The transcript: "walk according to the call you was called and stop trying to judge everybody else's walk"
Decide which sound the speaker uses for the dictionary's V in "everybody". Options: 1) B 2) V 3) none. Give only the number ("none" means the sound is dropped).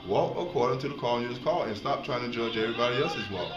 3